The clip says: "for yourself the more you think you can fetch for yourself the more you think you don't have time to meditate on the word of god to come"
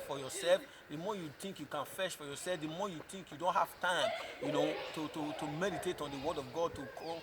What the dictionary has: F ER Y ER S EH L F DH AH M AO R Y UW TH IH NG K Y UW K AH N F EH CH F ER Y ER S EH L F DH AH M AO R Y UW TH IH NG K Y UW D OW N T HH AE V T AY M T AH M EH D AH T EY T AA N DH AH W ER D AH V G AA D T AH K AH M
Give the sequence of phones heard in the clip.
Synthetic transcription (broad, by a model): F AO Y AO S EH L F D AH M AO Y UW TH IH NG K Y UW K AH N F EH SH F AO Y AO S EH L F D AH M AO Y UW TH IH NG K Y UW D OW N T HH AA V T AY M T AH M EH D AH T EY T AA N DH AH W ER D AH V G AA D T AH K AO